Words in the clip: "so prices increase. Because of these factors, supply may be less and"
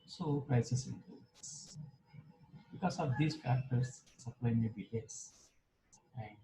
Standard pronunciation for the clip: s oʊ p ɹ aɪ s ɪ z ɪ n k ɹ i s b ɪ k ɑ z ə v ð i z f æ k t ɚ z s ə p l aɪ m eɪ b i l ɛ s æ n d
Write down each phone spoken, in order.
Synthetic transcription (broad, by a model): s oʊ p ɹ aɪ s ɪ s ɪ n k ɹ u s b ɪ k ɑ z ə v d i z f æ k t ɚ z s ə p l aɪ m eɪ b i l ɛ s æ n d